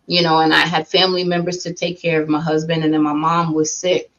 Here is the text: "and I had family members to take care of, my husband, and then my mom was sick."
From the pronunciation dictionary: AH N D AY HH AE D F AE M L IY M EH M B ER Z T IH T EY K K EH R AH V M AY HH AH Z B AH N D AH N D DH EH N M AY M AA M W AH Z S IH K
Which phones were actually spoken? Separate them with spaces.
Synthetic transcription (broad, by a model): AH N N AY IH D F AE M L IY M EH M B ER Z T IH T EY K K EH R AH V M AY HH AH Z B AH N D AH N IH N M AY M AA M W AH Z S IH K